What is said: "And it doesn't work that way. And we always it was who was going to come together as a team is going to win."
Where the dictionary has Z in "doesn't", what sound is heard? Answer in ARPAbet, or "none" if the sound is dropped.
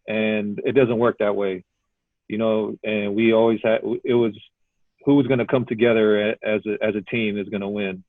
Z